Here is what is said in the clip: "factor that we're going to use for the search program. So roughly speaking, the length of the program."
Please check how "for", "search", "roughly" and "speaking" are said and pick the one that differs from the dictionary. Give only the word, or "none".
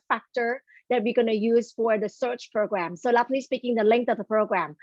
roughly